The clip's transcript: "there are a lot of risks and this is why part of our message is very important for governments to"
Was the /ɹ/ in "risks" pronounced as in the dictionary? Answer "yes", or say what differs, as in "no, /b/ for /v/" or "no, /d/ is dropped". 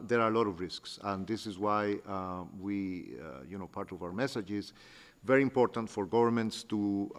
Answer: yes